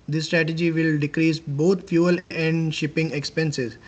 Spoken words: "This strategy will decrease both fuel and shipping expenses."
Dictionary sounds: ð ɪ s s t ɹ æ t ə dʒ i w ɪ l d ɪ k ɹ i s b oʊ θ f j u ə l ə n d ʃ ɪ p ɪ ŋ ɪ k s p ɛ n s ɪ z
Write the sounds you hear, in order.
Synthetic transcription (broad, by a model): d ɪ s s t ɹ æ t ə dʒ i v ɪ l d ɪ k ɹ i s b oʊ t f j u ə l ə n d ʃ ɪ p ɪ ŋ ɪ k s p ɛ n s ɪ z